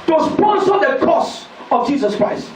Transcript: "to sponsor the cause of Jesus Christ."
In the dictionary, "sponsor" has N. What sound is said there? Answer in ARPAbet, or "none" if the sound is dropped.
none